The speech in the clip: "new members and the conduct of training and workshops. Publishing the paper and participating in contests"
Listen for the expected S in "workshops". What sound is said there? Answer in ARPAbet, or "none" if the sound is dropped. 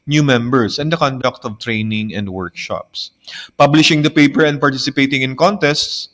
S